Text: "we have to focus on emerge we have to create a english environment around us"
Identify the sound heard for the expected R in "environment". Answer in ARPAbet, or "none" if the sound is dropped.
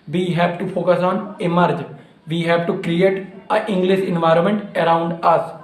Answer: R